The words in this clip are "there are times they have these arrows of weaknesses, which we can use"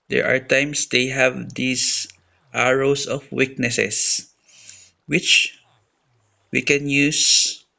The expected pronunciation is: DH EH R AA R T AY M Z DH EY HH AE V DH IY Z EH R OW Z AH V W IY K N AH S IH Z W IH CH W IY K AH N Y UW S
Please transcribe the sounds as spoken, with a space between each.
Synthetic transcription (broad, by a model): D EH R AA R T AY M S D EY HH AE V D IY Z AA R OW S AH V W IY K N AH S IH S W IH CH W IY K AH N Y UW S